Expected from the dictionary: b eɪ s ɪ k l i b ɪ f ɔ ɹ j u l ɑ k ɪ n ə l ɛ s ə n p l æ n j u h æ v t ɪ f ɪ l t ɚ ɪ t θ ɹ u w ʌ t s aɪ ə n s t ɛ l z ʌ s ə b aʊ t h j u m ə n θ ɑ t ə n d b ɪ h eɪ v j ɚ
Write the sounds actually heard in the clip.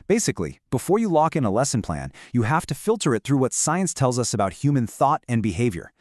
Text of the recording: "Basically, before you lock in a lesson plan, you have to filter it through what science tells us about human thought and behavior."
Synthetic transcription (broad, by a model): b eɪ s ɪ k l i b ɪ f ɔ ɹ j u l ɑ k ɪ n ə l ɛ s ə n p l æ n j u h æ f t ɪ f ɪ l t ɚ ɪ t θ ɹ u w ʌ t s aɪ ə n s t ɛ l z ʌ s ə b aʊ t h j u m ə n θ ɑ t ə n b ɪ h eɪ v j ɚ